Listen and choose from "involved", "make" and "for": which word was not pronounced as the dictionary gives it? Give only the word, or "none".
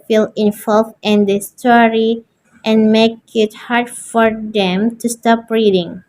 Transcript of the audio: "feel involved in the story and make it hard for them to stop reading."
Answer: involved